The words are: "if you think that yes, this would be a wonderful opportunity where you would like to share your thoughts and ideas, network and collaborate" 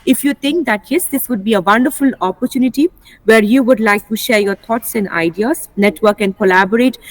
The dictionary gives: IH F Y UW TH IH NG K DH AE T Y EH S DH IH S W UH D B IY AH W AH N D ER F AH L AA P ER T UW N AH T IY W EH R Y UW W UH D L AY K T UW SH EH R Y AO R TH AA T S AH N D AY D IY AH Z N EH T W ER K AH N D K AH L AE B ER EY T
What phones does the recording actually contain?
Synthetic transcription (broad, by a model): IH F Y UW T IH NG K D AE T Y EH S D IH S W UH D B IY AH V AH N D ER F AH L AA P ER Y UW N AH T IY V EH R Y UW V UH D L AY K T UW SH EH R Y AO R T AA T S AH N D AY D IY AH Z N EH T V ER K AH N D K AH L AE B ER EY T